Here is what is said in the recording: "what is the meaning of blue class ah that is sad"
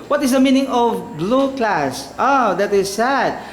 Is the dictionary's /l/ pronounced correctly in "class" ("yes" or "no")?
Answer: yes